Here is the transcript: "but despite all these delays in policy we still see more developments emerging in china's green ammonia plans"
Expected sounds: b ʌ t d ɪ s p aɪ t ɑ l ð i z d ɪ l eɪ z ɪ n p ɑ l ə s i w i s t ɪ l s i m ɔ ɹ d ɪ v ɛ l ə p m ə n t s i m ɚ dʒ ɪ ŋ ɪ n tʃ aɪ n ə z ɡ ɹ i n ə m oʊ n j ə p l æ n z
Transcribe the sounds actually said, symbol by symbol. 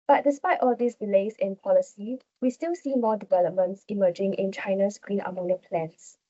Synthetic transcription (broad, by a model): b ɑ t d ɪ s p aɪ t ɑ l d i s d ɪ l eɪ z ɪ n p ɑ l ə s i w i s t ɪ l s i m ɔ d ɪ v ɛ l ə p m ə n t s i m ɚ dʒ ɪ ŋ ɪ n tʃ aɪ n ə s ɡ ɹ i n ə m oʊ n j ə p l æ n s